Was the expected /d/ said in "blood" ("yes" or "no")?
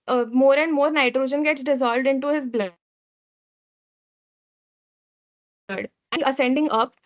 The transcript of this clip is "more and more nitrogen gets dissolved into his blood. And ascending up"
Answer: no